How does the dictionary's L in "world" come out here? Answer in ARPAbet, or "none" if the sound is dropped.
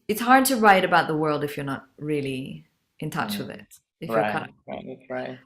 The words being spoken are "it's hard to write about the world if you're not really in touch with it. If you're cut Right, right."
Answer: L